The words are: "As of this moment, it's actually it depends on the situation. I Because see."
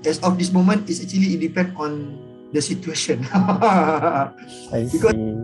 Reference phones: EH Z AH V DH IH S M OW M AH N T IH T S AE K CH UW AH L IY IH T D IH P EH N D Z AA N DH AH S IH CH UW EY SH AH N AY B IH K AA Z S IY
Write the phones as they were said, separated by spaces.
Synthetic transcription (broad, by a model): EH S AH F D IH S M OW M AH N T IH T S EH K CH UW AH L IY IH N D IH P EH N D AA N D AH S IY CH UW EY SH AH N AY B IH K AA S